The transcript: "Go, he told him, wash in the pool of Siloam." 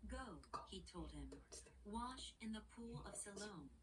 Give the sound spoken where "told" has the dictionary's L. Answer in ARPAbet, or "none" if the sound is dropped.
L